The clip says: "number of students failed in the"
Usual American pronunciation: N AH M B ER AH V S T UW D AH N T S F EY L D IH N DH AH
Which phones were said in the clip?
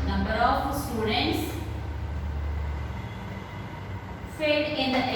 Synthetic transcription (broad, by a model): N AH M B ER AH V S T UW D AH N T S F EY D IH N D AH